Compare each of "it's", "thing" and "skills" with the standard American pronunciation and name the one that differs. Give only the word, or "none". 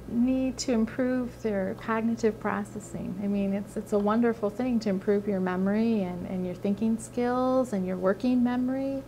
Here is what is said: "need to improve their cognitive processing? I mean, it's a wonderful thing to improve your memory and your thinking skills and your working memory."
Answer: none